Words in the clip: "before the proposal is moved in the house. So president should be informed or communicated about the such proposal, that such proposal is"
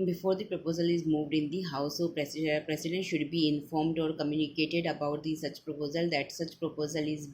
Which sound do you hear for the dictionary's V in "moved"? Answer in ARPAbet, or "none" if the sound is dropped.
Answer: V